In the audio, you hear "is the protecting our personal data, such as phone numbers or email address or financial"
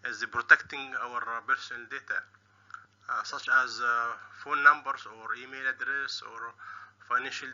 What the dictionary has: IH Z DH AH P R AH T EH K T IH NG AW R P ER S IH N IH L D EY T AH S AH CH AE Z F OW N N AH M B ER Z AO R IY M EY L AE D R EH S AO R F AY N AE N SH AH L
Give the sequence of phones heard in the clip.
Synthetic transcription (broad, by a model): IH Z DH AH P R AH T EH K T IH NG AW R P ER S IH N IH L D EY T AH S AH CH AE Z F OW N N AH M B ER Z AO R IY M EY L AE D R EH S AO R F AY N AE N SH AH L